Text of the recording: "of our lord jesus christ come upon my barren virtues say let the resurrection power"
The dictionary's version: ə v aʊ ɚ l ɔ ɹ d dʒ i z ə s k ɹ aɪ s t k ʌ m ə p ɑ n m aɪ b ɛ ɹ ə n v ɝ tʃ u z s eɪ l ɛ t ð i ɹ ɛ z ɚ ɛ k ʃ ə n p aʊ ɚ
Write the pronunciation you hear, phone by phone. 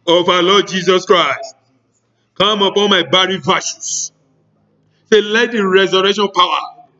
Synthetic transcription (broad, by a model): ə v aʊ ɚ l ɔ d dʒ i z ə s k ɹ aɪ s t k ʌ m ə p ɑ n m aɪ b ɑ ɹ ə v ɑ ʃ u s s eɪ l ɛ t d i ɹ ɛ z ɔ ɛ k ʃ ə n p aʊ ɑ